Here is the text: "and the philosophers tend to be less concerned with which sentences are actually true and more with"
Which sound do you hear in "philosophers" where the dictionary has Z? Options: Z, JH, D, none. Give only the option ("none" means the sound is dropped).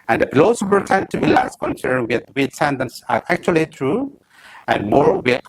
none